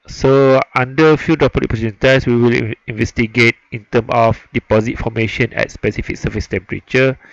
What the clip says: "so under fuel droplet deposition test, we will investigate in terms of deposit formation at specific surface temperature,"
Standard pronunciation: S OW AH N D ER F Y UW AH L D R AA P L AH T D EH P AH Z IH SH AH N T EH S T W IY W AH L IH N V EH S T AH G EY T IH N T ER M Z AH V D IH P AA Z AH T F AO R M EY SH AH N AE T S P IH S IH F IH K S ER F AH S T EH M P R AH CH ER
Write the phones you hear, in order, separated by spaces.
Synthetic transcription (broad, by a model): S OW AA N D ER F Y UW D AA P AH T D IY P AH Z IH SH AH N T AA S W IY W AH L IH N V EH S T AH G EY T IH N T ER M AH F D IH P AA Z AH T F AO M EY SH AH N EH T S P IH S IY F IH K S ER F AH S T EH M P R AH CH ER